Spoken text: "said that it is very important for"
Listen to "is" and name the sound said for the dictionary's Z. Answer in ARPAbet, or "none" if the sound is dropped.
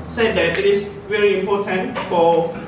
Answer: S